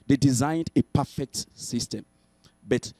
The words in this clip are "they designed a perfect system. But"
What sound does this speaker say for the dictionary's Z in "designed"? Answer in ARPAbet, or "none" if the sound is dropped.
Z